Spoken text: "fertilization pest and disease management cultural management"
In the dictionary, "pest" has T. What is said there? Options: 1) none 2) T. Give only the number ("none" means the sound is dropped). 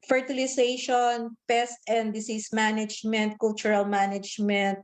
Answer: 2